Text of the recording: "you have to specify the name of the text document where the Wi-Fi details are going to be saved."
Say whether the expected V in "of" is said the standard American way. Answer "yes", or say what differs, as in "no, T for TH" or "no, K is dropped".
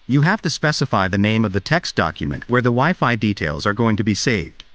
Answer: yes